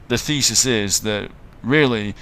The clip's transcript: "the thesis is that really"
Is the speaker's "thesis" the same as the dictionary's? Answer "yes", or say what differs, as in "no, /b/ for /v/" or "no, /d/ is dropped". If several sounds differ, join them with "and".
yes